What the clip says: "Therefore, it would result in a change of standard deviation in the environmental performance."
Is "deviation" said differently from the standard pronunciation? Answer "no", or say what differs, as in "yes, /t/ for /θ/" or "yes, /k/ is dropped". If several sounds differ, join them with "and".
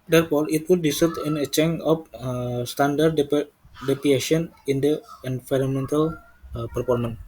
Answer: yes, /p/ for /v/